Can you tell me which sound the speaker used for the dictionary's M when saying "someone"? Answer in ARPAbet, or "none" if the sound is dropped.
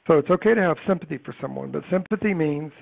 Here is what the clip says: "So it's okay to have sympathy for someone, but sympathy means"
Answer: M